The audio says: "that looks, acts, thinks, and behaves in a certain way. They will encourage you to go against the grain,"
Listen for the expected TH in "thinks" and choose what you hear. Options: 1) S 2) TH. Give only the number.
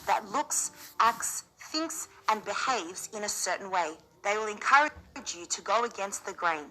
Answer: 2